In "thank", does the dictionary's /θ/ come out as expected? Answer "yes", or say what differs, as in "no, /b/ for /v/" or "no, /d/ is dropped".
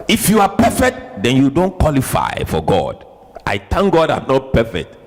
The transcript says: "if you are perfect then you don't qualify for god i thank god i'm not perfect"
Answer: no, /t/ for /θ/